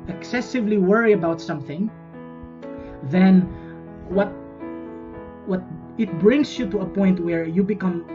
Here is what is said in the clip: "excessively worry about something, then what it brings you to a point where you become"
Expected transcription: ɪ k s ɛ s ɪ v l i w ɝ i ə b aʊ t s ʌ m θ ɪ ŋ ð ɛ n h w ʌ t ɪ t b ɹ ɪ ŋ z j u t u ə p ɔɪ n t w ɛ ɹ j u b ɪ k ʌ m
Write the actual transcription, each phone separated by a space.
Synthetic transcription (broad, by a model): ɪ k s ɛ s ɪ v l i w ɝ i ə b aʊ t s ʌ m θ ɪ ŋ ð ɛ n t w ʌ t ɪ t b ɹ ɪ ŋ s j u t u ə p ɔɪ n t w ɛ ɹ j u b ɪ k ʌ m